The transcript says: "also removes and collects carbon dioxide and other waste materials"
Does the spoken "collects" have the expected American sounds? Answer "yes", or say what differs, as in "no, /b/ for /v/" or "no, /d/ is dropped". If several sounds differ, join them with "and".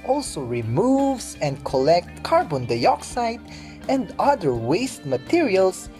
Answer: no, /s/ is dropped